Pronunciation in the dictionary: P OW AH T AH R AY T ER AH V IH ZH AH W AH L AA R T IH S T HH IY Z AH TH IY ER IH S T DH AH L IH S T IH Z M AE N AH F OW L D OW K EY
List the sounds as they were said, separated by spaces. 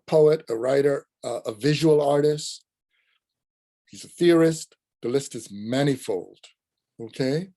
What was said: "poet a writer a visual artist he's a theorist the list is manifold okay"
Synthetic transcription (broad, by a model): P OW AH T AH R AY T ER AH V IH ZH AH W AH L AA R T IH S T HH IY Z AH TH IY ER IH S T DH AH L IH S T IH Z M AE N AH F OW L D OW K EY